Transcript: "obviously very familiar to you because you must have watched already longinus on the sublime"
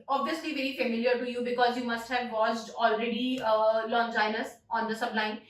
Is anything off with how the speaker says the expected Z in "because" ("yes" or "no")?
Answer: no